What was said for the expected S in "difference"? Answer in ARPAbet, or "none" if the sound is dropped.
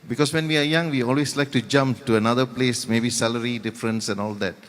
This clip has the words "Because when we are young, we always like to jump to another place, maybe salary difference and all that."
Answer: S